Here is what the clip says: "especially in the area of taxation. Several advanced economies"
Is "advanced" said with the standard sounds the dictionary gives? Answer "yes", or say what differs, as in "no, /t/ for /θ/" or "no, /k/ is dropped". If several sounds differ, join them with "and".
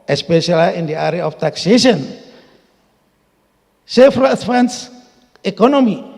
no, /t/ is dropped